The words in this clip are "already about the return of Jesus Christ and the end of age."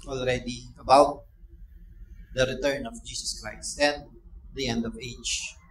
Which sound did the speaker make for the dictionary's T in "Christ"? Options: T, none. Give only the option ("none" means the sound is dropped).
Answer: T